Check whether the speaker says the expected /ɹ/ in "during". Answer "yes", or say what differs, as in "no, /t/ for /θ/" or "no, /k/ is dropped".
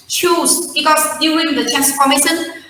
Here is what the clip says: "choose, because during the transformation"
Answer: no, /ɹ/ is dropped